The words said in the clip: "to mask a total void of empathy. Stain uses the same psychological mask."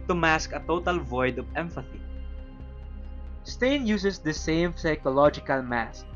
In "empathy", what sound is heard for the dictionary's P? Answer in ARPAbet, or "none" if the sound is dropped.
F